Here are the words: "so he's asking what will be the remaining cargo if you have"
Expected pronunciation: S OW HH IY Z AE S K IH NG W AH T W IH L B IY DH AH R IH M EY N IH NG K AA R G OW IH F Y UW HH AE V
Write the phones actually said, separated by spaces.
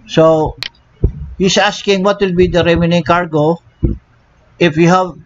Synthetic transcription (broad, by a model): S OW HH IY S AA S K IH NG W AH T W IH L B IY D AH R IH M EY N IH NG K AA R G OW IH F Y UW HH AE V